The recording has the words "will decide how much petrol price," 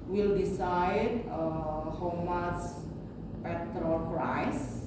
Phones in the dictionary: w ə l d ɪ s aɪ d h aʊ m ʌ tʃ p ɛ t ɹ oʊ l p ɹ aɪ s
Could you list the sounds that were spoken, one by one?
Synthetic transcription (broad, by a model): w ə l d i s aɪ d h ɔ m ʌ s p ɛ t ɹ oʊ l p ɹ aɪ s